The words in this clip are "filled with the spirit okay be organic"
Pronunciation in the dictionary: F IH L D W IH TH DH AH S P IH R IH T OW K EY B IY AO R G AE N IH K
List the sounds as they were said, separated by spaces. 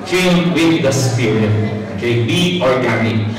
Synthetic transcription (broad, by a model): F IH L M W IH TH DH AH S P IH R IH OW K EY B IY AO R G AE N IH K